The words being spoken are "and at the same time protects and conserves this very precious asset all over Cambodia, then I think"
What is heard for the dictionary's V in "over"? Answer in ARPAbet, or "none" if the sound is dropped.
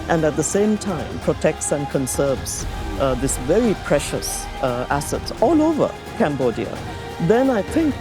V